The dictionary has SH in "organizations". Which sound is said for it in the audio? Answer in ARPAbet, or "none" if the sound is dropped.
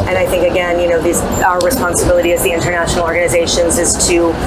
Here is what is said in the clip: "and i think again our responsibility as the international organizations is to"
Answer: SH